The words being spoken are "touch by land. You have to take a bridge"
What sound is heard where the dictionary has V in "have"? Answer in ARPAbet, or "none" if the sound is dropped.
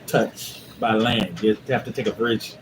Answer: F